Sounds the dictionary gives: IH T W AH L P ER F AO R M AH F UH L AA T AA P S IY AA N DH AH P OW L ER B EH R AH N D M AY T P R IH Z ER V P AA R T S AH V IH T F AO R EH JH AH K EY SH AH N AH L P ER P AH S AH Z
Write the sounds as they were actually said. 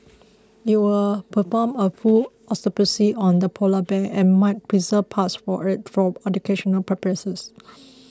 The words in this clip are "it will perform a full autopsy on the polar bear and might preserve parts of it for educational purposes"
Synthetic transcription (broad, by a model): IH T W AH L P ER F AO M AH F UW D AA T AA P S IY AA N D AH P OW L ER B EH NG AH N M AY T P R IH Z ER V P AA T S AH IH T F AO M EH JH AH K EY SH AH N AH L P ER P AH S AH S